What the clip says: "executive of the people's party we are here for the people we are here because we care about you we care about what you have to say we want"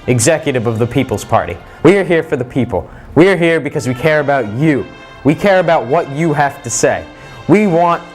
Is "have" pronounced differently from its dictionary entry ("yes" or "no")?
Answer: yes